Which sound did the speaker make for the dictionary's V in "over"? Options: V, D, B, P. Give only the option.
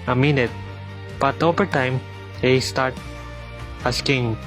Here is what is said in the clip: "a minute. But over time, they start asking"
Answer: P